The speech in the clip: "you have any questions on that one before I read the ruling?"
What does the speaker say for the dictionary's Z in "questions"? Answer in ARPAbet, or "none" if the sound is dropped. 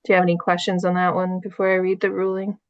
Z